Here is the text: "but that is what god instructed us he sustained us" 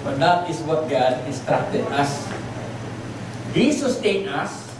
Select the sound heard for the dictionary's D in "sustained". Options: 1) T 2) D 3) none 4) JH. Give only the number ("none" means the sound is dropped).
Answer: 3